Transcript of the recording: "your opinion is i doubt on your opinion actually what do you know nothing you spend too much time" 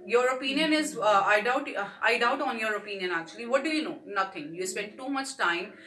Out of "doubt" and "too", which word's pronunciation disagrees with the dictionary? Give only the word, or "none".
none